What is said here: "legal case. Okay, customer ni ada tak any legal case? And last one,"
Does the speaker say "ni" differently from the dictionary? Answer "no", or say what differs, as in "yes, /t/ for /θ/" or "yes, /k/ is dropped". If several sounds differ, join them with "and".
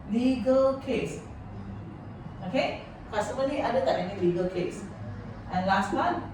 yes, /l/ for /n/